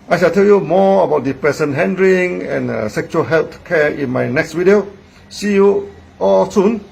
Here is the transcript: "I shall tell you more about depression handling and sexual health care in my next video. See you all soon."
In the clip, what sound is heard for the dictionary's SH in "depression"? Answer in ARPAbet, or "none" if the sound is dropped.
S